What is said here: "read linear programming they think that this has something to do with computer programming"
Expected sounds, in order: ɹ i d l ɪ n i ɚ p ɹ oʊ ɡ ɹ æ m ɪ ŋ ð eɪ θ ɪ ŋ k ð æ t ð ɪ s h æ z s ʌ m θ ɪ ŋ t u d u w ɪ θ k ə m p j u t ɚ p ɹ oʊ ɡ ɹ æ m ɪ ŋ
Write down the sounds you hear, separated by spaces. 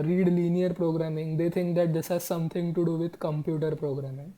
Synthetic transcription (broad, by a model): ɹ i d l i n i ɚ p ɹ oʊ ɡ ɹ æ m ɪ ŋ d eɪ t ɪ ŋ k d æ t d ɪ s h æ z s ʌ m t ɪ ŋ t u d u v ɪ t k ə m p j u t ɚ p ɹ oʊ ɡ ɹ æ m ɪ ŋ